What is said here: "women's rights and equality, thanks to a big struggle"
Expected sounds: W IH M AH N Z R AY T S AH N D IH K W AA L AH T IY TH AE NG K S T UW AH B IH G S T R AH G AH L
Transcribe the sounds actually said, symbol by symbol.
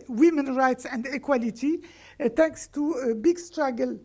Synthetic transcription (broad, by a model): W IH M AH N R AY T S AH N D IH K W AA L AH T IY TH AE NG K S T UW AH B IH G S T R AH G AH L